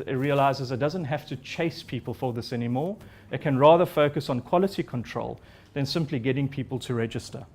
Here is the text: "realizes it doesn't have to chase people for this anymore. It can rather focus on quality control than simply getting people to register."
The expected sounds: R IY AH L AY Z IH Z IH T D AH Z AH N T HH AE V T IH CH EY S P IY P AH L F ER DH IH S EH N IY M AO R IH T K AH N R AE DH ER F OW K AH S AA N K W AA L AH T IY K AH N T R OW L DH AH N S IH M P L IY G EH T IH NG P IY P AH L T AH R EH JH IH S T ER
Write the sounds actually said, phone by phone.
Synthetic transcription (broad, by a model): R IY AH L AY Z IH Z IH T D AH Z AH N T HH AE F T IH CH EY S P IY P AH L F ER DH IH S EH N IY M AO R IH T K AH N R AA DH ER F OW K AH S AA N K W AA L AH T IY K AH N T R OW L DH AH N S IH M P L IY G EH T IH NG P IY P AH L T AH R EH JH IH S T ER